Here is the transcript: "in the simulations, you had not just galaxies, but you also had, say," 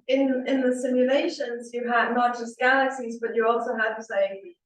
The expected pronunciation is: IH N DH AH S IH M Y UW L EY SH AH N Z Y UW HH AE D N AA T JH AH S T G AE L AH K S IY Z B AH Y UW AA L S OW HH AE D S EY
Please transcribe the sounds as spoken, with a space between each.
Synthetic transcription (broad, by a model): IH N DH AH S IH M Y UW L EY SH AH N Z Y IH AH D N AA T JH AH S T G AE L AH K S IY Z B AH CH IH AA L S OW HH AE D S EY